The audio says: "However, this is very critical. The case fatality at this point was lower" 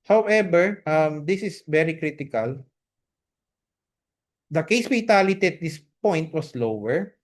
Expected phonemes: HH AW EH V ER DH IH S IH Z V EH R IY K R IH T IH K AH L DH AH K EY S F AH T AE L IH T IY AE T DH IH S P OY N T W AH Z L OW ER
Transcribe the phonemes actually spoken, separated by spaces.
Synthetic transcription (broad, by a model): HH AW EH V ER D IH S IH S V EH R IY K R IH T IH K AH L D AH K EY S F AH T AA L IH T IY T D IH S P OY N T W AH S L OW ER